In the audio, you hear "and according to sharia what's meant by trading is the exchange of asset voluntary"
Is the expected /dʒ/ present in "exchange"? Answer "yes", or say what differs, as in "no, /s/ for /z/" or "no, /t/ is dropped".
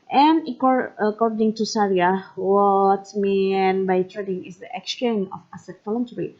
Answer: no, /dʒ/ is dropped